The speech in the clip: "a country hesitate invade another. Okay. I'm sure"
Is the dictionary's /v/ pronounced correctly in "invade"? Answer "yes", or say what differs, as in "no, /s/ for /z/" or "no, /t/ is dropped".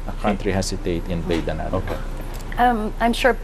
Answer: no, /b/ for /v/